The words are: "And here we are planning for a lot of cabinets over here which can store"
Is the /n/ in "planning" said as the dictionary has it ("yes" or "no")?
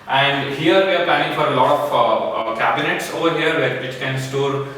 no